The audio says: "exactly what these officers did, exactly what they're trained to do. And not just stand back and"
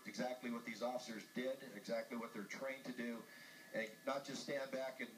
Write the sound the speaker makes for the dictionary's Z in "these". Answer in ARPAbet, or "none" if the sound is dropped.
Z